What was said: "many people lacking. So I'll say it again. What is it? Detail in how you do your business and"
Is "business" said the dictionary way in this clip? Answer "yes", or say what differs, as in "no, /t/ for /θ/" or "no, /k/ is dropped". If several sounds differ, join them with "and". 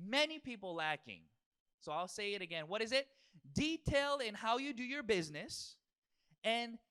yes